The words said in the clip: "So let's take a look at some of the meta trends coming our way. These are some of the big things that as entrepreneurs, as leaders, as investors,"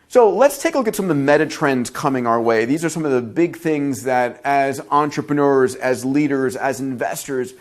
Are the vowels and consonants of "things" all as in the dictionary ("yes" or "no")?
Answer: yes